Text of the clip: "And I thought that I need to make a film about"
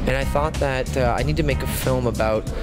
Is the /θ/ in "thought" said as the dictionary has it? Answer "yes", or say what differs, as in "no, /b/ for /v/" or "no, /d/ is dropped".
yes